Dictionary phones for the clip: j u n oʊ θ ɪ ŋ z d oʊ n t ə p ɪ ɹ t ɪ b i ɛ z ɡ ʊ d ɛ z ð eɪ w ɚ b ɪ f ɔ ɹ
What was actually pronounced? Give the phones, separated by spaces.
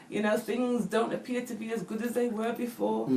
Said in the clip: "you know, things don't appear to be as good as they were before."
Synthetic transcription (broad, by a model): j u n oʊ θ ɪ ŋ z d oʊ n t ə p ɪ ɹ t ɪ b i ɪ z ɡ ʊ d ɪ z ð eɪ w ɚ b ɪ f ɔ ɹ